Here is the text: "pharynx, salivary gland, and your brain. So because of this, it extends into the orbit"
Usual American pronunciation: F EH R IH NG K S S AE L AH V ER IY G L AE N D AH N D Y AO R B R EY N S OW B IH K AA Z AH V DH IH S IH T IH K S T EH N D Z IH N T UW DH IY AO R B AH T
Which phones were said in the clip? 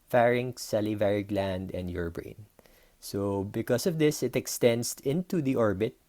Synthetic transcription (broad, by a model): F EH R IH NG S S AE L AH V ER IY G L AE N D AH N D Y AO R B R EY N S OW B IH K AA S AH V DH IH S IH T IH K S T EH N D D IH N T UW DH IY AO R B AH T